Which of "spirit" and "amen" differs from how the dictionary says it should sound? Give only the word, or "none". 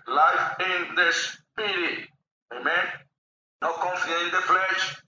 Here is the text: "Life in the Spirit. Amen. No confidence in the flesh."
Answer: spirit